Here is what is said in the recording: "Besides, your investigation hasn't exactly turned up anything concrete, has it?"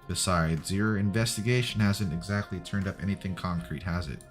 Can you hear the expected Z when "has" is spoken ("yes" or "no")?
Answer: yes